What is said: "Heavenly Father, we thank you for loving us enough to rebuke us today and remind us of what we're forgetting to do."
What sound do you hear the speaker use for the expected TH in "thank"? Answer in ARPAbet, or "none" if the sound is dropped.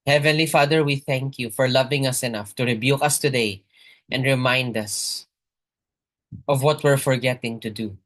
TH